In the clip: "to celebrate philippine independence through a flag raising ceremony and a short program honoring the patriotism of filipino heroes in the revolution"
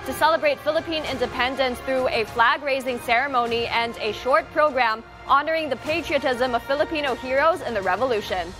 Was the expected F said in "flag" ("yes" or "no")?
yes